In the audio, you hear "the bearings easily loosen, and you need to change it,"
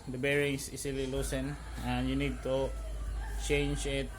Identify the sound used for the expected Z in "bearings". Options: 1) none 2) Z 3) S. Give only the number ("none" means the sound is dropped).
3